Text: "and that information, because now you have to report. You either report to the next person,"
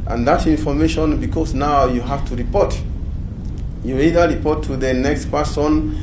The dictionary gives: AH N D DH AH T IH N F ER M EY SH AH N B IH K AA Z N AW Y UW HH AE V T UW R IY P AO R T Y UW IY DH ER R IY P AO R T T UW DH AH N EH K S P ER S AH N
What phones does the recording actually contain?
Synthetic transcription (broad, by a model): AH N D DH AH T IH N F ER M EY SH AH N B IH K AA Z N AW Y UW HH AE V T UW R IY P AO R T Y UW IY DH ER R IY P AO R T T UW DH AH N EH K S P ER S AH N